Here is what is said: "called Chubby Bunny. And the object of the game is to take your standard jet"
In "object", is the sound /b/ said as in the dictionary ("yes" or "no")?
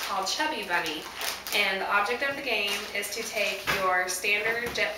yes